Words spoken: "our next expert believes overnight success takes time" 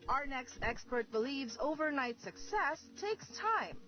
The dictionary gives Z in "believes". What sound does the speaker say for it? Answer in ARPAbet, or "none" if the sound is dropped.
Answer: Z